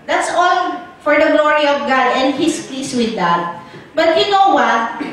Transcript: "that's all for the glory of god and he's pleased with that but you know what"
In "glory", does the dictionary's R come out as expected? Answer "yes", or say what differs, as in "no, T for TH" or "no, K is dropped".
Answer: yes